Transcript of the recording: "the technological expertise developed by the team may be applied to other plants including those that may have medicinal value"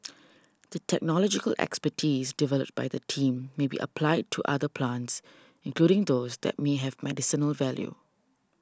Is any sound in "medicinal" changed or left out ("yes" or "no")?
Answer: no